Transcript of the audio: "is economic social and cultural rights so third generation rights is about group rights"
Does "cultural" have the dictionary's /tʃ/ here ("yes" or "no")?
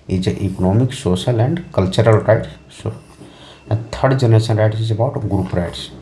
yes